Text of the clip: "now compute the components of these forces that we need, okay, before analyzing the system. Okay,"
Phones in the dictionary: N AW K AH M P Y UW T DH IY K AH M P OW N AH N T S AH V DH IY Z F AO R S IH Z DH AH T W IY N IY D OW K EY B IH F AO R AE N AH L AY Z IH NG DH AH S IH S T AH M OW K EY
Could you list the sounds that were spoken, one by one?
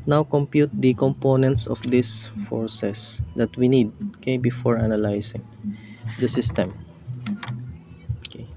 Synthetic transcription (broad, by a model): N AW K AH M P Y UW T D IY K AH M P OW N AH N T S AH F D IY S F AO R S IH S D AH T W IY N IY D OW K EY B IH F AO R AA N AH L AY S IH NG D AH S IH S T AH M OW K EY